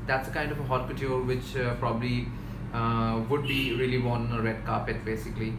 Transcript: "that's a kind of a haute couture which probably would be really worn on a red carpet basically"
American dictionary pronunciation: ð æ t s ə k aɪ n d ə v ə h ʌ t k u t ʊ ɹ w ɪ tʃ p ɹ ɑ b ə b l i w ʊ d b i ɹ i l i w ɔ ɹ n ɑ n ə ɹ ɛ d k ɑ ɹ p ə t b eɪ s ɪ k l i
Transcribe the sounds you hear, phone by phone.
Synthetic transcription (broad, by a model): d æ t s ə k aɪ n d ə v ə h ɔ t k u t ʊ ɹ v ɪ tʃ p ɹ ɑ b ə b l i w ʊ d b i ɹ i i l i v ɑ n ə ɹ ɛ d k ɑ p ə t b eɪ s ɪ k l i